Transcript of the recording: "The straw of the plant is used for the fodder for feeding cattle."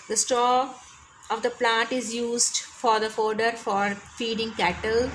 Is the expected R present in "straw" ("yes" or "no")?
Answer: no